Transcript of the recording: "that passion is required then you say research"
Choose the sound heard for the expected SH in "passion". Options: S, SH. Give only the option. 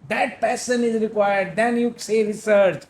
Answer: S